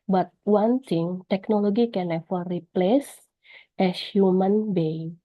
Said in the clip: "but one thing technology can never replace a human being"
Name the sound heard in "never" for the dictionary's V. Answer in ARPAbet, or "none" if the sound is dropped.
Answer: F